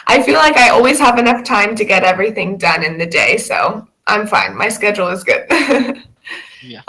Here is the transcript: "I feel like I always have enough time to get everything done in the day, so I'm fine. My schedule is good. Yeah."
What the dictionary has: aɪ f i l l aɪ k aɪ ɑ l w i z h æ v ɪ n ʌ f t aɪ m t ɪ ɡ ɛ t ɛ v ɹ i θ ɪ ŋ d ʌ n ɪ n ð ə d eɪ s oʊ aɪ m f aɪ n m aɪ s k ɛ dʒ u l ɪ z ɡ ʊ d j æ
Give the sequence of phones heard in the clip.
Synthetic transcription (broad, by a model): aɪ f i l l aɪ k aɪ ɑ l w i z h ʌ v ɪ n ʌ f t aɪ m t ɪ ɡ ɛ t ɛ v ɹ i θ ɪ ŋ d ʌ n ɪ n ð ə d eɪ s oʊ aɪ m f aɪ n m aɪ s k ɛ dʒ l ɪ z ɡ ʊ d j